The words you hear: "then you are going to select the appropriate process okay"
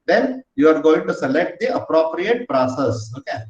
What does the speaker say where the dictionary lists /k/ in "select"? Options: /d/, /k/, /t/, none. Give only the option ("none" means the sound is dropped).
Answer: /k/